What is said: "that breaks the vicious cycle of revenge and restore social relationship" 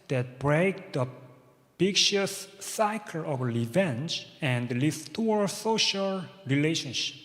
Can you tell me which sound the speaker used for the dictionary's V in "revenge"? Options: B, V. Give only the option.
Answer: V